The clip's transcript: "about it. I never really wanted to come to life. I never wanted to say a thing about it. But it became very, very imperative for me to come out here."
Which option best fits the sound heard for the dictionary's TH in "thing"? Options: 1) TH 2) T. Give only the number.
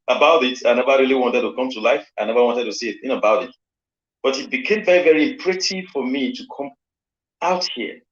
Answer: 2